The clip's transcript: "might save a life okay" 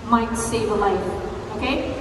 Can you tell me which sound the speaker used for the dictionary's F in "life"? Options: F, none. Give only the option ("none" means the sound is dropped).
none